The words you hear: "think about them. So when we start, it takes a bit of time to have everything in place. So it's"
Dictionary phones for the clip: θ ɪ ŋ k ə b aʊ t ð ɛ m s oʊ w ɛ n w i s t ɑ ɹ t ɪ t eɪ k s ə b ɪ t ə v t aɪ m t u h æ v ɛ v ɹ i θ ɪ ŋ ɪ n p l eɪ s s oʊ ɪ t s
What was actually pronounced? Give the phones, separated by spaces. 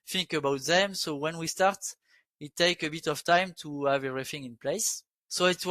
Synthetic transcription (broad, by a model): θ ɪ ŋ k ə b aʊ t ð ɛ m s oʊ w ɛ n w i s t ɑ ɹ t ɪ t eɪ k ə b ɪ t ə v t aɪ m t u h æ v ɛ v ɹ i θ ɪ ŋ ɪ n p l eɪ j s oʊ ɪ t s